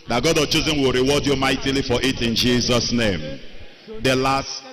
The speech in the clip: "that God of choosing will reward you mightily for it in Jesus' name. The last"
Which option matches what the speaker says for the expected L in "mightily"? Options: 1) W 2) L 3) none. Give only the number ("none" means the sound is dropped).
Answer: 2